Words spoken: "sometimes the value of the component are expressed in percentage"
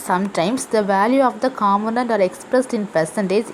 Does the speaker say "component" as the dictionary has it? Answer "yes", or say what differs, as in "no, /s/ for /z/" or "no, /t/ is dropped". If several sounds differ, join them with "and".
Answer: no, /p/ is dropped